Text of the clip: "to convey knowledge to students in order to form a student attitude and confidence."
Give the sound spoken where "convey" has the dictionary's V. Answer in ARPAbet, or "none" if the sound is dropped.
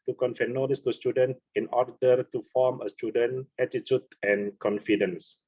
F